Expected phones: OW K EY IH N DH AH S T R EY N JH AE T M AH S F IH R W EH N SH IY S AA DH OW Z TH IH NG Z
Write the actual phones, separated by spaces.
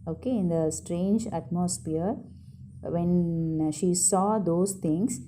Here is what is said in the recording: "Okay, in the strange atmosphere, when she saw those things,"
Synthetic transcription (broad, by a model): OW K EY IH N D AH S T R EY N JH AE T M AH S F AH R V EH N SH IY S AA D OW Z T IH NG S